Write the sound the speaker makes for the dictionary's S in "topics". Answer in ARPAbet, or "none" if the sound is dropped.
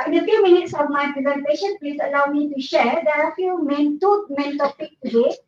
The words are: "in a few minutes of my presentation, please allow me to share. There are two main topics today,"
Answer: none